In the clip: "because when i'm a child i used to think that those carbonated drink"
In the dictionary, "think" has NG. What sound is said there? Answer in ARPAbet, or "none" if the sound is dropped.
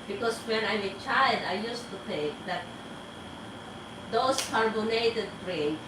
none